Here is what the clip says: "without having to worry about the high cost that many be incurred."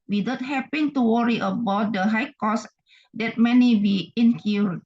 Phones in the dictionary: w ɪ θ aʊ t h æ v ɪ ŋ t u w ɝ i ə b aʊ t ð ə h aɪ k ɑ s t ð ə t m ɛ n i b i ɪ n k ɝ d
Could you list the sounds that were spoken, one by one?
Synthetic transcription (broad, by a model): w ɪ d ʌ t h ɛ p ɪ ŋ t u w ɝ i ə b aʊ t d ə h aɪ k ɑ s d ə t m ɛ n i b i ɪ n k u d